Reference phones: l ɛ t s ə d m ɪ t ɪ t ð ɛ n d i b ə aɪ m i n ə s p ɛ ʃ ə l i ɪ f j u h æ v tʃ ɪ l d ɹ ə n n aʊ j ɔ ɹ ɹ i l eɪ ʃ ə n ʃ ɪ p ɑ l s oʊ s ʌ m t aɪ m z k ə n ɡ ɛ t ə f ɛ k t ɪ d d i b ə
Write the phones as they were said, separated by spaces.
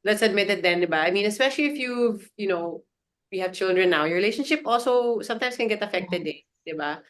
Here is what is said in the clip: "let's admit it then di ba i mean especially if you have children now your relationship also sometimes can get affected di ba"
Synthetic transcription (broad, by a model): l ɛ t s ə d m ɪ t ɪ t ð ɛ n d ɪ b aɪ m i n ə s p ɛ ʃ ə l i ɪ f j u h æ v tʃ ɪ l d ɹ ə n n aʊ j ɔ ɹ ɹ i l eɪ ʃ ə n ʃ ɪ p ɑ l s oʊ s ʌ m t aɪ m s k ə n ɡ ɛ t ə f ɛ k t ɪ d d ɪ b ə